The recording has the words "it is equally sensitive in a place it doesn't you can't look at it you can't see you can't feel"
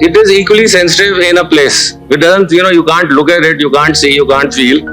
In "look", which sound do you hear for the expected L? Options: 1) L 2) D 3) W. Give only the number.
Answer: 1